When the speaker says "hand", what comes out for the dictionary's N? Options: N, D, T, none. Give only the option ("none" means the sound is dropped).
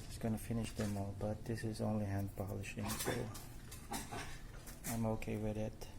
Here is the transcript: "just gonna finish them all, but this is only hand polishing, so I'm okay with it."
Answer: N